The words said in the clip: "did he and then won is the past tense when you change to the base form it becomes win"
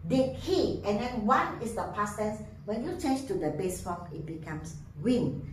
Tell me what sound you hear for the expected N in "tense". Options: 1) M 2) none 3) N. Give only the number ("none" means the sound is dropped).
2